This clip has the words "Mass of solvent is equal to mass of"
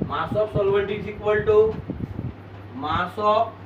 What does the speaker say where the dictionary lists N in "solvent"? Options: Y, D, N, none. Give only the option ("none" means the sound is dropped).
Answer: none